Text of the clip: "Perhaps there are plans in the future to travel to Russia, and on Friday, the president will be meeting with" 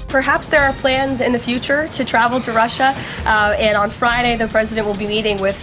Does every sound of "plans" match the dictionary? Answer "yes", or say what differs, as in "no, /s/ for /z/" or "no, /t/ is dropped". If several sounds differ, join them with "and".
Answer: yes